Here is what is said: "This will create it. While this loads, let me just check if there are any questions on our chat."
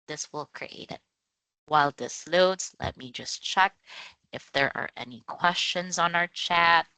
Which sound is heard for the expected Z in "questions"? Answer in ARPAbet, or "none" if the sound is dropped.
Z